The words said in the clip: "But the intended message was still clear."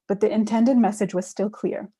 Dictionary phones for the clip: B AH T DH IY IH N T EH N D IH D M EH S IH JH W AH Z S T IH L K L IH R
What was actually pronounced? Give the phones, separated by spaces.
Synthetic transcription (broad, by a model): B AH T DH IY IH N T EH N D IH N M EH S IH JH W AH Z S T IH L K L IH R